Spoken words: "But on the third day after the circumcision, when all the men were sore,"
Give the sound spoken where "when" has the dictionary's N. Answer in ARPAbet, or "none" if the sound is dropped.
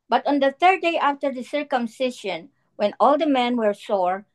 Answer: N